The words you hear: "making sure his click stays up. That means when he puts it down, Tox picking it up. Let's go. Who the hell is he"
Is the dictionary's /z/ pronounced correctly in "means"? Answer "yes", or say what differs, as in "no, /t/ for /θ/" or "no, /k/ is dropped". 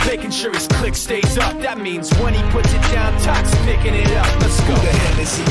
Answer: yes